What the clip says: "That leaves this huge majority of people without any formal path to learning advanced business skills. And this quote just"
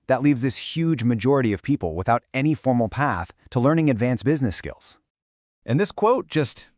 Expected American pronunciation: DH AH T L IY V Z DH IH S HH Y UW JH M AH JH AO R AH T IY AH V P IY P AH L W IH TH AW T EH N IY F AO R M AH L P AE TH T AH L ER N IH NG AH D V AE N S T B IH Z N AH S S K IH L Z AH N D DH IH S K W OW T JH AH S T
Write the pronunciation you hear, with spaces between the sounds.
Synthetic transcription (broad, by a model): DH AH T L IY V Z DH IH S HH Y UW JH M AH JH AO R AH T IY AH V P IY P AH L W IH TH AW T EH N IY F AO R M L P AE TH T AH L ER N IH NG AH D V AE N S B IH Z N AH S S K IH L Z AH N DH IH S K W OW T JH AH S T